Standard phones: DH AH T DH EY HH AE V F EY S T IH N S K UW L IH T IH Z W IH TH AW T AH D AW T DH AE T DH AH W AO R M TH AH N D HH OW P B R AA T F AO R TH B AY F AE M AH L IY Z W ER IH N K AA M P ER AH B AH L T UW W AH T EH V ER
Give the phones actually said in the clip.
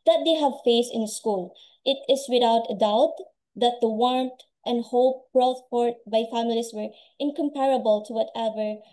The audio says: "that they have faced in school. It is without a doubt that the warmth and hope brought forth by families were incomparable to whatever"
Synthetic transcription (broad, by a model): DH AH T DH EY HH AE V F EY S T IH N S K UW L IH T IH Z W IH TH AW T AH D AW T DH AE T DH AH W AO R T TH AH N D HH OW P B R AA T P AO R T B AY F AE M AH L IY S W ER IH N K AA M P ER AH B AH L T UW W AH T EH V ER